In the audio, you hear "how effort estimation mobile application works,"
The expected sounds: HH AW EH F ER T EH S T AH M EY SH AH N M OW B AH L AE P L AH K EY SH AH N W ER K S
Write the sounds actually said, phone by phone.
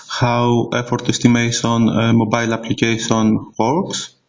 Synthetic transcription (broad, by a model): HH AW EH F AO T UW S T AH M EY S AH N M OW B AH L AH P L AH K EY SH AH N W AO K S